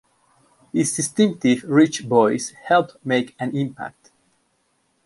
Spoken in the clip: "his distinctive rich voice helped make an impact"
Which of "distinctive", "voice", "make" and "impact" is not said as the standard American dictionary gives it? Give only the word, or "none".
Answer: voice